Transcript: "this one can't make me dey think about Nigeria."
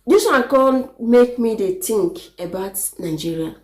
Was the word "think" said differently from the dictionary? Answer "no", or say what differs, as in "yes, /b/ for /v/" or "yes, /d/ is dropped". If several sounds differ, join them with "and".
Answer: yes, /t/ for /θ/